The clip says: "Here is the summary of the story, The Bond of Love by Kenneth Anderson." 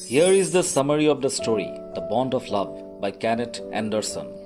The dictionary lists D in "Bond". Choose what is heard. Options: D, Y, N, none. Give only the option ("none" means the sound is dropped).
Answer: D